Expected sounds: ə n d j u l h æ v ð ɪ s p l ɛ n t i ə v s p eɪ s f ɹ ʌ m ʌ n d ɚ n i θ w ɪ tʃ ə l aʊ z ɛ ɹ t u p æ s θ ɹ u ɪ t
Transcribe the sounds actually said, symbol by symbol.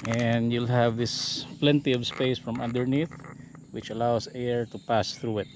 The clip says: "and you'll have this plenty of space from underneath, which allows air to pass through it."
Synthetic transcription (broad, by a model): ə n d j u l h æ v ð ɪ s p l ɛ n t i ə v s p eɪ s f ɹ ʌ m ʌ n d ɚ n i θ w ɪ tʃ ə l aʊ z ɛ ɹ t u p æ s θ ɹ u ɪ t